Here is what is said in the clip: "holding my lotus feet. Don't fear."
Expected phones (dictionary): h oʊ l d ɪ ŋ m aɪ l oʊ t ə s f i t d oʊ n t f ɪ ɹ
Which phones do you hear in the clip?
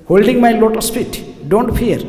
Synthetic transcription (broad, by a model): h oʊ l d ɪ ŋ m aɪ l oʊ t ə s p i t d oʊ n t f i ɹ